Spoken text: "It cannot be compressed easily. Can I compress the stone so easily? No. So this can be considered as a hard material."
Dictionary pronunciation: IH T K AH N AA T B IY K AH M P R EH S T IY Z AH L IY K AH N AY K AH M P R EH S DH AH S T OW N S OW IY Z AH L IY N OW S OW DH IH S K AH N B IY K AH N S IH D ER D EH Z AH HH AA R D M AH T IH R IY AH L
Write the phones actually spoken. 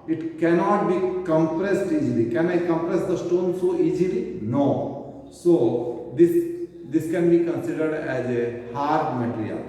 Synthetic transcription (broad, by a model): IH T K AH N AA T B IY K AH M P R EH S T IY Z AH L IY K AH N AY K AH M P R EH S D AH S T OW N S OW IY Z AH L IY N OW S OW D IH S K AH N B IY K AH N S IH D ER D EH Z AH HH AA R D M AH T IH R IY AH L